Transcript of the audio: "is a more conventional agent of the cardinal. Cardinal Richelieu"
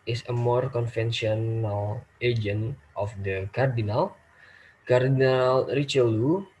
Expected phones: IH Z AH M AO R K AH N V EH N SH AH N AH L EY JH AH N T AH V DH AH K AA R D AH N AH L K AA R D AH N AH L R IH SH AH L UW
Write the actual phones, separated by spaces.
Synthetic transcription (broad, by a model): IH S AH M AO R K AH N F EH N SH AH N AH L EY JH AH N T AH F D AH K AA R D AH N AH L K AA R D AH N AH L R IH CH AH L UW